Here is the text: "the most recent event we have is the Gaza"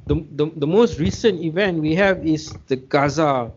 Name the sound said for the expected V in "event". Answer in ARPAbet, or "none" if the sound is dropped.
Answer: V